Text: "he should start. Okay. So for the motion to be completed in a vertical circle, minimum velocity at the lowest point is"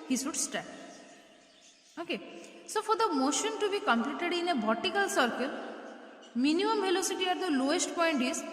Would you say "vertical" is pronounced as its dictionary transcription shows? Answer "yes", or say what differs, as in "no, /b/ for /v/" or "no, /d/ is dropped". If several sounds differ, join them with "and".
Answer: no, /b/ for /v/